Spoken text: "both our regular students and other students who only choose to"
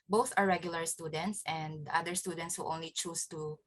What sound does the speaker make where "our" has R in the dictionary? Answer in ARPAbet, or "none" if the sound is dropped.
R